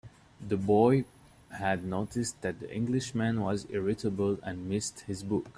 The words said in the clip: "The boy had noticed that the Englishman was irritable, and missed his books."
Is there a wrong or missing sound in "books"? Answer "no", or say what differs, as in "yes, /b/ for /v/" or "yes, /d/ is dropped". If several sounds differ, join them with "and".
yes, /s/ is dropped